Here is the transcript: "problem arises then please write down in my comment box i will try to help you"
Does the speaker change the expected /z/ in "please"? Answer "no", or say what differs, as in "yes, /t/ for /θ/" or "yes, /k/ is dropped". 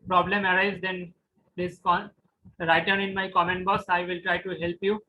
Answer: yes, /z/ is dropped